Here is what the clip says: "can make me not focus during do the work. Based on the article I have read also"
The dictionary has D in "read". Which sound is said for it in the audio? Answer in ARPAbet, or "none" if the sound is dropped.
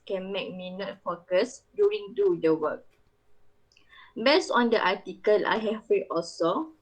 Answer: none